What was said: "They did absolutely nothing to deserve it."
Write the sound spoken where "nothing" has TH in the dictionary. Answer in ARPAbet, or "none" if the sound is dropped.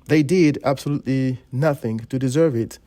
TH